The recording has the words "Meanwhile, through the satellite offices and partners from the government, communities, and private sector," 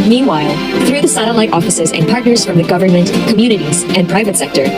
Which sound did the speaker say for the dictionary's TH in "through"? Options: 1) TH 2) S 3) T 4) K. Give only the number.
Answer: 1